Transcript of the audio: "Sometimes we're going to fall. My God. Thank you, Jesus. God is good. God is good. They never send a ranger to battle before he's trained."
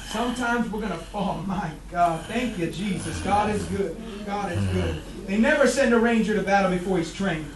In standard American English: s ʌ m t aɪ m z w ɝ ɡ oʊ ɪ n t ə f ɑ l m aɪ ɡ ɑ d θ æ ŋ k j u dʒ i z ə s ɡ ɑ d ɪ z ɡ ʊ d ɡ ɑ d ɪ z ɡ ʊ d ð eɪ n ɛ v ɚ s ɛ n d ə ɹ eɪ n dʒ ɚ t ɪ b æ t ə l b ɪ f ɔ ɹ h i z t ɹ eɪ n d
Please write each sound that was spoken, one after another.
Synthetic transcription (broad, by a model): s ʌ m t aɪ m z w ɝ ɡ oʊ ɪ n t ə f ɑ l m aɪ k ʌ θ æ ŋ k j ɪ dʒ i z ə s ɡ ɑ d ɪ z ɡ ʊ d ɡ ɑ d ɪ z ɡ ʊ d ð eɪ n ɛ v ɚ s ɛ n d ə ɹ eɪ n dʒ ɚ t ɪ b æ t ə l b ɪ f ɔ ɹ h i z t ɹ eɪ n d